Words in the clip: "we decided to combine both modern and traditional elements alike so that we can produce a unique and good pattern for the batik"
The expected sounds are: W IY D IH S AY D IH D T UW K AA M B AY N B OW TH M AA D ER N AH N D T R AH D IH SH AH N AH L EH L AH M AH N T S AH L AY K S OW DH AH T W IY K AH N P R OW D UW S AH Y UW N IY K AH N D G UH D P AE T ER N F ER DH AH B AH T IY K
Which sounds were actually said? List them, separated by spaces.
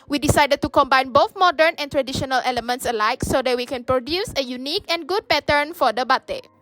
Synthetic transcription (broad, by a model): W IY D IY S AY D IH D T UW K AA M B AY N B OW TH M AA D ER N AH N T R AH D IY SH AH N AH L EH L AH M AH N T S AH L AY K S OW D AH T W IY K AH N P R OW D UW S AH Y UW N IY K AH N G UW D P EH T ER N F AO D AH B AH T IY